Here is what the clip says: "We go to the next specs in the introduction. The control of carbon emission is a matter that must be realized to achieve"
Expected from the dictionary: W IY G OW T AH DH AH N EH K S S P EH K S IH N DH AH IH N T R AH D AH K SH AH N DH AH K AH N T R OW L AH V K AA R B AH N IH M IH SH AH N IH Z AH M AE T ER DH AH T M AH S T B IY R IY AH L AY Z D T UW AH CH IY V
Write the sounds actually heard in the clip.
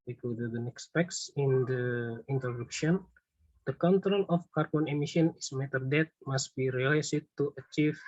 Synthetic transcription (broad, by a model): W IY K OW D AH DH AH N EH K S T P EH K S IH N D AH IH N T R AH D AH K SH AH N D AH K AH N T R OW L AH F K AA R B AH N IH M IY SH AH N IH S M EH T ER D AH T M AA S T B IY R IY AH L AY S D T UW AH CH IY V